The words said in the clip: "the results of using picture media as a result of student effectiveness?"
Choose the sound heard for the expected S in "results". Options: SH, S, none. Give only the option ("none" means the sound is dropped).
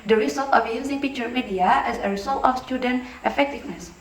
none